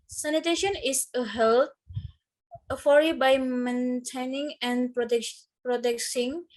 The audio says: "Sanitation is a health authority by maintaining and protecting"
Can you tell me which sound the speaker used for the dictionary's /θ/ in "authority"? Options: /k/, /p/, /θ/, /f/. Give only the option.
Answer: /f/